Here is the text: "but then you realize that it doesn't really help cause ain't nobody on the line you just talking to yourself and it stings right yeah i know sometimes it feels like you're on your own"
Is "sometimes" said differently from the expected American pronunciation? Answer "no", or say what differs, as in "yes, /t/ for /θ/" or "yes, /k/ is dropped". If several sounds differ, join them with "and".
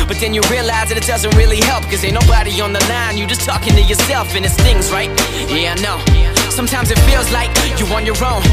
no